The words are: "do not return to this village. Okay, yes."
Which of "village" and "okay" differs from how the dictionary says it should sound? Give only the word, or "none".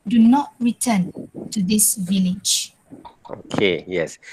none